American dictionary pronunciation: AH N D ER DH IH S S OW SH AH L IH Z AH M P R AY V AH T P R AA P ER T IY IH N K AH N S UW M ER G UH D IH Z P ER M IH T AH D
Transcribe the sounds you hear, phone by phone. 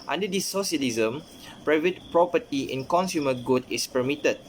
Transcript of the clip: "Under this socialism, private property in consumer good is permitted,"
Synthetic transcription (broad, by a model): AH N D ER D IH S S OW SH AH L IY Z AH M P R AY V AH T P R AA P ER T IY IH N K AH N S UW M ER G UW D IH S P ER M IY T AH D